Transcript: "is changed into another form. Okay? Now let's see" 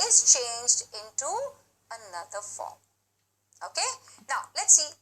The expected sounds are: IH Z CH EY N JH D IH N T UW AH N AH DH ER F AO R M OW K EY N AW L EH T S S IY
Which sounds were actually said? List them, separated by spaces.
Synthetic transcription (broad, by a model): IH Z CH EY N JH D IH N T UW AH N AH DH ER F AO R M OW K EY N AW L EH T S S IY